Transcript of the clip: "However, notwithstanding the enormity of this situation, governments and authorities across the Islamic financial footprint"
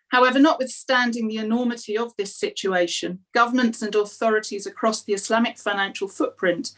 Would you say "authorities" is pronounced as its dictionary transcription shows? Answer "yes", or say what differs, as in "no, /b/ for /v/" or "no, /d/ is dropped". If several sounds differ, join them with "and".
yes